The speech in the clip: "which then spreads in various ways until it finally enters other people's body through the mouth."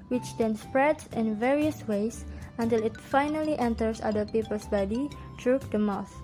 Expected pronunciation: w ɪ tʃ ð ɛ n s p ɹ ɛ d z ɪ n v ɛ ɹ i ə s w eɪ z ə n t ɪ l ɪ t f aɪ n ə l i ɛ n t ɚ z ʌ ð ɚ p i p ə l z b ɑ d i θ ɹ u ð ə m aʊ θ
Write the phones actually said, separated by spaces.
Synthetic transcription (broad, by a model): w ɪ tʃ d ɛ n s p ɹ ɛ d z ɪ n v ɛ ɹ i ə s w eɪ s ə n t ɪ l ɪ t f aɪ n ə l i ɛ n t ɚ s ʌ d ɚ p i p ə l s b ɑ d i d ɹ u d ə m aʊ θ